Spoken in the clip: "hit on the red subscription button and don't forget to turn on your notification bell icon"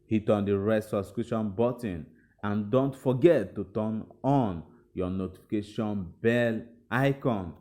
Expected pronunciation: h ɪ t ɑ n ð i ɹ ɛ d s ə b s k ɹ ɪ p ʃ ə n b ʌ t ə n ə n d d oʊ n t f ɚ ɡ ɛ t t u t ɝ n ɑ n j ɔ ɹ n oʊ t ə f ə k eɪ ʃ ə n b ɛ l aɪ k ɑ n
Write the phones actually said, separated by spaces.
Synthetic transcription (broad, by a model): h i t ɑ n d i ɹ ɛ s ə s k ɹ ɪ ʃ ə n b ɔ t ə n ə n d d oʊ n t f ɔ ɡ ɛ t t u t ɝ n ɑ n j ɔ n oʊ t ə f ə k eɪ ʃ ə n b ɛ l aɪ k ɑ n